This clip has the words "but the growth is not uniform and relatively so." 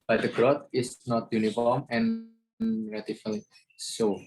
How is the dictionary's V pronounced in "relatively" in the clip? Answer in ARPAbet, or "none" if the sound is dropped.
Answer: F